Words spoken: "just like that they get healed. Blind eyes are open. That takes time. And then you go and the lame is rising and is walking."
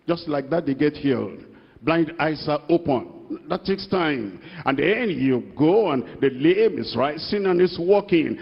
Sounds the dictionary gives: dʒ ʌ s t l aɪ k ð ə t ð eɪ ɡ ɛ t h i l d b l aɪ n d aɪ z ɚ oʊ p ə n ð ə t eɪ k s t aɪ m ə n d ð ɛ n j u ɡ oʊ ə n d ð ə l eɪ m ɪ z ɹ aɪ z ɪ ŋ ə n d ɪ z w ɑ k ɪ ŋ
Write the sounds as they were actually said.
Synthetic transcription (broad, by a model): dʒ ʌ s t l aɪ k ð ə t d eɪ ɡ ɛ t h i l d b l aɪ n d aɪ s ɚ oʊ p ə n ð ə t eɪ k s t aɪ m ə n d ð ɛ n j u ɡ oʊ ə n d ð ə l eɪ m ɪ s ɹ aɪ s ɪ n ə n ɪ s w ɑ k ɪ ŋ